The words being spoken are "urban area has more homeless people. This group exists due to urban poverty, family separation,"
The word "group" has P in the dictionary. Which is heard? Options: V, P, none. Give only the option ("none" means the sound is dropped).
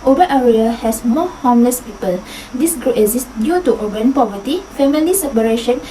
none